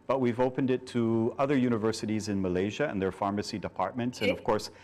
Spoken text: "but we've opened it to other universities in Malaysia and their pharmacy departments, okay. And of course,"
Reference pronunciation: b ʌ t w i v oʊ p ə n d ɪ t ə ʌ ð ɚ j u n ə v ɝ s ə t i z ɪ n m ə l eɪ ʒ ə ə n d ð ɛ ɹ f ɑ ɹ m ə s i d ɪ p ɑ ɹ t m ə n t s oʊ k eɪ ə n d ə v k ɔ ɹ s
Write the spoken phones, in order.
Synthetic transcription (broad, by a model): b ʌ t w i v oʊ p ə n d ɪ t ə ʌ ð ɚ j u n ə v ɝ s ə t i z ɪ n m ə l eɪ ʒ ə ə n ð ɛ ɹ f ɑ ɹ m ə s i d ɪ p ɑ ɹ t m ə n t s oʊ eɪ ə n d ə v k ɔ ɹ s